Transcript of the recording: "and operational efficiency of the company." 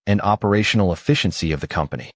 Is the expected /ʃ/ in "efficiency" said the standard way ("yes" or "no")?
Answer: yes